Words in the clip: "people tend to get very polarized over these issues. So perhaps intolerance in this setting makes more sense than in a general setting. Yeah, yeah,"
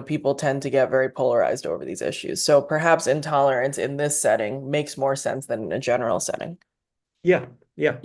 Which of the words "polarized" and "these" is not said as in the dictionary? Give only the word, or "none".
none